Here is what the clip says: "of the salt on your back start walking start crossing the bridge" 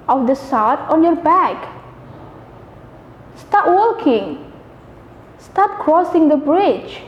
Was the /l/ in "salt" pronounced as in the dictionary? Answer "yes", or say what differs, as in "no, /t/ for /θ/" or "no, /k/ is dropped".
no, /w/ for /l/